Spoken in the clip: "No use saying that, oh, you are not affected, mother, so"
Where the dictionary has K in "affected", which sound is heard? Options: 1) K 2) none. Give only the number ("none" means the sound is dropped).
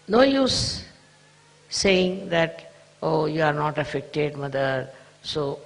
1